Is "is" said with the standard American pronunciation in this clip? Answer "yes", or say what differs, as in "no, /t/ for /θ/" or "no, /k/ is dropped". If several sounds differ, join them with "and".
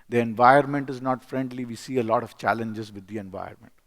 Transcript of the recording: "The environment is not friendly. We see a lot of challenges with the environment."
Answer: yes